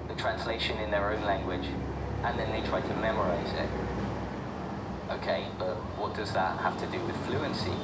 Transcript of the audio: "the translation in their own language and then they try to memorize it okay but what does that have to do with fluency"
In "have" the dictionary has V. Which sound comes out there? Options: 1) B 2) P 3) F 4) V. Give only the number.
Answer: 3